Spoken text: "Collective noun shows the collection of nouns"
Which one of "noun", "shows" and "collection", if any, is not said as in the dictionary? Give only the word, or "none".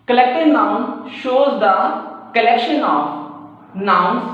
none